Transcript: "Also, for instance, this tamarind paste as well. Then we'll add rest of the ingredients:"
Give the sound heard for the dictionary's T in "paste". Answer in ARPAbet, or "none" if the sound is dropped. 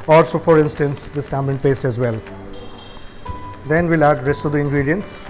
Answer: T